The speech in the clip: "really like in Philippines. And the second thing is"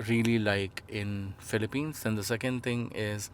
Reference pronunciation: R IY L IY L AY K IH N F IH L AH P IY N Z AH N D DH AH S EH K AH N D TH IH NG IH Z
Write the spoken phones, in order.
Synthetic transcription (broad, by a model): R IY L IY L AY K IH N F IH L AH P IY N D AH N D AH S EH K AH N D T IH NG IH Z